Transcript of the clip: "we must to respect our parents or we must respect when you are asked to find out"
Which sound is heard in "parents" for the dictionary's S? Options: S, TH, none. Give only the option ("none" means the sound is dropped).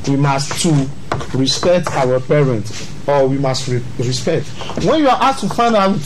none